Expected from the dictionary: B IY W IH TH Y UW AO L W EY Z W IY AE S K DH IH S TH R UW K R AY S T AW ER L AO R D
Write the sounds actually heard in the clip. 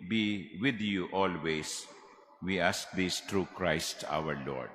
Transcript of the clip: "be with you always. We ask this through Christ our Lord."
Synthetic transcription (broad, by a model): B IY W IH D Y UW AO L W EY S W IY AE S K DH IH S T R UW K R AY S T AW ER L AO R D